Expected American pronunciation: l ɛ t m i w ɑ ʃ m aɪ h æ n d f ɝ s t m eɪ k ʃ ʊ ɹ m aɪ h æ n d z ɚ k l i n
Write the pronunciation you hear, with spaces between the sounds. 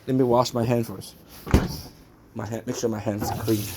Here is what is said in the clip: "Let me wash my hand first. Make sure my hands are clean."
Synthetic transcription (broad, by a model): l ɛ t m i w ɑ ʃ m aɪ h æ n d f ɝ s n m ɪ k s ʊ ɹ m aɪ h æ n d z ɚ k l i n